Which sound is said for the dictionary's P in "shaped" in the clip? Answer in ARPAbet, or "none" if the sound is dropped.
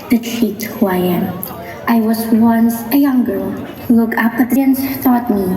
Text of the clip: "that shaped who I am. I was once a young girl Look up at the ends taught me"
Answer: none